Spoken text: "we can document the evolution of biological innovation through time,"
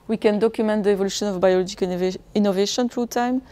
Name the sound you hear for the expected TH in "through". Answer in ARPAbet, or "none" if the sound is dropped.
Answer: F